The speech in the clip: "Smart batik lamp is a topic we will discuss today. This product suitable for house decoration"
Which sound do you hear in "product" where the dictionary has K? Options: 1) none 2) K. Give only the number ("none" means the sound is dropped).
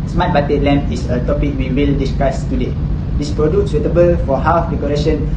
1